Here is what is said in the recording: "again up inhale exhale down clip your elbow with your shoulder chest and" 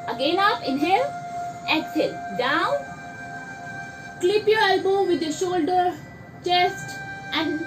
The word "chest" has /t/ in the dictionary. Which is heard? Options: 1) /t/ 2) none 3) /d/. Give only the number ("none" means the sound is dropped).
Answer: 1